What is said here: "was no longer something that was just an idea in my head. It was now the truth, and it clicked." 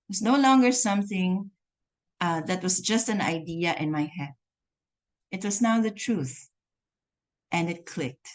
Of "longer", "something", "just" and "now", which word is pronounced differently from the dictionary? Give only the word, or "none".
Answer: none